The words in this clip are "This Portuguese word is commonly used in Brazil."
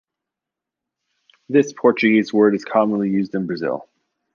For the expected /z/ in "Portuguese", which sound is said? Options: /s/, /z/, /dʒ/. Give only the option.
/z/